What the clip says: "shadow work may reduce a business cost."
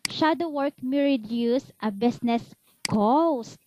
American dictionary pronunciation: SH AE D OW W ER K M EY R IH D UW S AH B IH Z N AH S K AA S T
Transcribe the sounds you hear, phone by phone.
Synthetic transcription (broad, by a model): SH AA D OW W ER K M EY R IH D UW S AH B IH S N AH S K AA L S